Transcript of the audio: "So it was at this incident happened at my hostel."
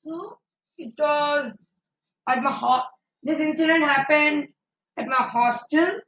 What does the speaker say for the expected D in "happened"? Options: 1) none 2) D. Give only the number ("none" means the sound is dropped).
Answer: 2